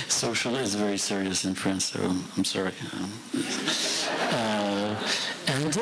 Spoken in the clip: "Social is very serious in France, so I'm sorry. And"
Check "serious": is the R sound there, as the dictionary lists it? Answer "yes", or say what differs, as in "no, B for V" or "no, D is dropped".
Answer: yes